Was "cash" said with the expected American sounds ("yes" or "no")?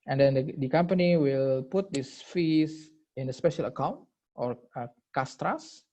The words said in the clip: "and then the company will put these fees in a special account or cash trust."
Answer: no